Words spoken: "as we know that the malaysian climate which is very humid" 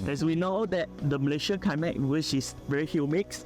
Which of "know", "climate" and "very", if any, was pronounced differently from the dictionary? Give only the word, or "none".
climate